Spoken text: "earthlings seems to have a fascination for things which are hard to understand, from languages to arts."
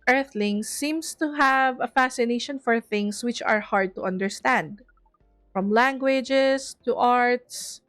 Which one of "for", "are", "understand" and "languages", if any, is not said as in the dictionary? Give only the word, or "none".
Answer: languages